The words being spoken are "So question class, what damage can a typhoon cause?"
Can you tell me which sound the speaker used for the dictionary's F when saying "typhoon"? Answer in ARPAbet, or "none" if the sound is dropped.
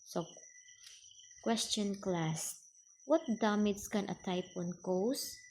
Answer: P